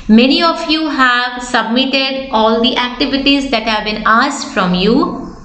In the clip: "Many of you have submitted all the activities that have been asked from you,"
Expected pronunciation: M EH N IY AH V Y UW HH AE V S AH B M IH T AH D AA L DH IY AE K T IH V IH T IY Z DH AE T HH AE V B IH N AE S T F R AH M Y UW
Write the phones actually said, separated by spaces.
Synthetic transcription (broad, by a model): M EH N IY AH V Y UW HH AE V S AH B M IH T AH D AA L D IY AE K T IH V IH T IY Z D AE T HH AE V B IH N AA S T F R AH M Y UW